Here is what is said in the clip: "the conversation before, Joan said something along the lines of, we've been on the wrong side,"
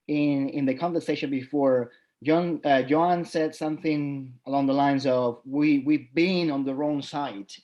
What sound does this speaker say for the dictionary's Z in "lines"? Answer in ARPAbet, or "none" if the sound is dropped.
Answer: Z